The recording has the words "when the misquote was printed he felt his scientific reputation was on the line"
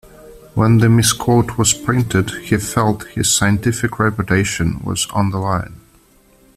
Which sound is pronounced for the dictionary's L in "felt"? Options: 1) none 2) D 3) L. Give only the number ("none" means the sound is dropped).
3